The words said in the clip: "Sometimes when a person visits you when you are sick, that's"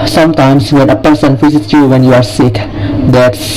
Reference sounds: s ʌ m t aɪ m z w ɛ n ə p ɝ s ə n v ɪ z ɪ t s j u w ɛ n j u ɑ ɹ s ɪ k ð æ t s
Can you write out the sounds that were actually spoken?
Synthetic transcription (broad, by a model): s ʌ m t aɪ m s w ɛ n ə p ɝ s ə n f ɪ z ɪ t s j u w ɛ n j u ɑ ɹ s ɪ k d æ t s